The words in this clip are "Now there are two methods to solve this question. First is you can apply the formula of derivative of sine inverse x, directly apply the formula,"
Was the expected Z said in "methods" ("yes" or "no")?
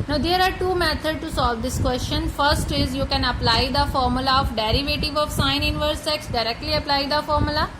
no